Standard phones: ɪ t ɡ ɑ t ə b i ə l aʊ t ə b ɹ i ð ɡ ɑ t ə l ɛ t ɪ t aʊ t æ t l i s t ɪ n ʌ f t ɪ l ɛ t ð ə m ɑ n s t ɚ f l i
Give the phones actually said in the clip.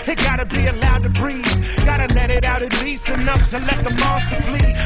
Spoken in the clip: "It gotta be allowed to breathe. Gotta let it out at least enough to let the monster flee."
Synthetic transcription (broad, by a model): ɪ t ɡ ɑ t ə b i ə l aʊ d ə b ɹ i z ɡ ɑ t ə l ɛ t ɪ t aʊ t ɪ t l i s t ɪ n ʌ f t ɪ l ɛ t ð ə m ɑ s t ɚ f l i